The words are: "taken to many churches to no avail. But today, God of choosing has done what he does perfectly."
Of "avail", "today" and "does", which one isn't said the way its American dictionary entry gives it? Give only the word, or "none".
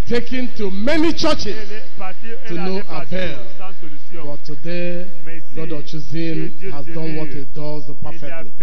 avail